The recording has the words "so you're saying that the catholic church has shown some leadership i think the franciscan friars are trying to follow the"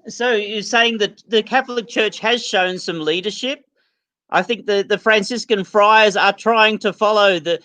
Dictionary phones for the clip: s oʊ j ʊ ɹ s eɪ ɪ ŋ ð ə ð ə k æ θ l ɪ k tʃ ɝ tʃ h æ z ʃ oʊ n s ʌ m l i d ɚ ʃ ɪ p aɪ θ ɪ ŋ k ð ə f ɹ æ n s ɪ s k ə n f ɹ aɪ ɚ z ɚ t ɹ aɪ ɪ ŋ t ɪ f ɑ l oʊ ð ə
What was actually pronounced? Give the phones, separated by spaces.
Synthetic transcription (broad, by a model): s oʊ j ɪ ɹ s eɪ ɪ ŋ ð ə ð ə k æ θ l ɪ k tʃ ɝ tʃ h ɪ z ʃ oʊ n s ʌ m l i d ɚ ʃ ɪ p aɪ θ ɪ ŋ k ð ə f ɹ æ n s ɪ s k ə n f ɹ aɪ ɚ z ɚ t ɹ aɪ ɪ ŋ t ɪ f ɑ l oʊ ð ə